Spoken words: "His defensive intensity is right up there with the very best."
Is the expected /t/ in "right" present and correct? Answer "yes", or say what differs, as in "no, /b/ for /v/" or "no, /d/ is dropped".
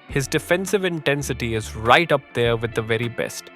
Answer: yes